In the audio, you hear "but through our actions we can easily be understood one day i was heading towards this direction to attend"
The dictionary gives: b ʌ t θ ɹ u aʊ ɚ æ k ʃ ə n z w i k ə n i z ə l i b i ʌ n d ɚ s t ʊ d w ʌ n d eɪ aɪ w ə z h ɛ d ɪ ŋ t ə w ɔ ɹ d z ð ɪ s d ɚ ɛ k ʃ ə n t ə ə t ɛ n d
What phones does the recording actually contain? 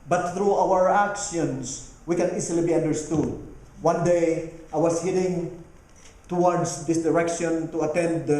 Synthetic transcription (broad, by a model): b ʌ t θ ɹ u aʊ ɚ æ k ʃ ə n s w i k ə n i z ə l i b i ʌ n d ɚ s t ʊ d w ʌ n d eɪ aɪ w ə s h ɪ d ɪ ŋ t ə w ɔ ɹ d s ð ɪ s d ɚ ɛ k ʃ ə n t ə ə t ɛ n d